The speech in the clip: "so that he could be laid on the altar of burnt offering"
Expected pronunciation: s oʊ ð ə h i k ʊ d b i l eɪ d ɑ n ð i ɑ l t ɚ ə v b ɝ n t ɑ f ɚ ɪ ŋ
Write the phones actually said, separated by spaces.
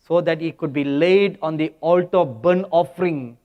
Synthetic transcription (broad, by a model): s oʊ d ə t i k ʊ d b i l eɪ d ɑ n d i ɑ l t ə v b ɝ n ɑ f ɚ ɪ ŋ